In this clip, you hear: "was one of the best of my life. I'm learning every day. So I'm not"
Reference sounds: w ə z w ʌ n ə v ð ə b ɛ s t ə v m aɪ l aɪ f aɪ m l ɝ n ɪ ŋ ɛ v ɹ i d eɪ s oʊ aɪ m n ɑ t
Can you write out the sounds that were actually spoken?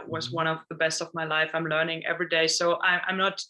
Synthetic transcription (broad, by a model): w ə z w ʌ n ə v ð ə b ɛ s t ə v m aɪ l aɪ f aɪ m l ɝ n ɪ ŋ ɛ v ɹ i d eɪ s oʊ aɪ m n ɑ t